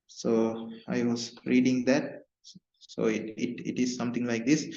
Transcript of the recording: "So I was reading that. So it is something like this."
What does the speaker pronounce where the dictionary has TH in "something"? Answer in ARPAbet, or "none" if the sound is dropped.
T